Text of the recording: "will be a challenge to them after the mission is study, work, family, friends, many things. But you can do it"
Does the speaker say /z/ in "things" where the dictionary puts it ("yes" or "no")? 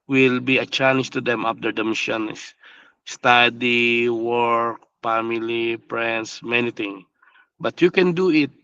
no